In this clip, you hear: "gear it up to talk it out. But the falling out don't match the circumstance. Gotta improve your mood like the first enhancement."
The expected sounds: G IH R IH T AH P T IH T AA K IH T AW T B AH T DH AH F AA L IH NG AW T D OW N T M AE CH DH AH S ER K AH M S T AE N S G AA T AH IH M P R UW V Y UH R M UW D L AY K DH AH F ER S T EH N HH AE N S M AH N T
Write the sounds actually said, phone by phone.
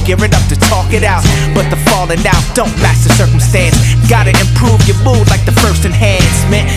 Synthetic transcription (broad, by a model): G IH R IH T AH P T IH T AA K IH T AW T B AH T DH AH F AA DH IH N AW D OW N T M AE S DH AH S ER K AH M S T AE N S G AA T AH IH M P R UW V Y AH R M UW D L AY K DH AH F ER S T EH N HH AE N S M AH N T